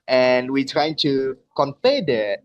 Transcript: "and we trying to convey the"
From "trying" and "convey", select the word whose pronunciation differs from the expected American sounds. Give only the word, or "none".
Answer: convey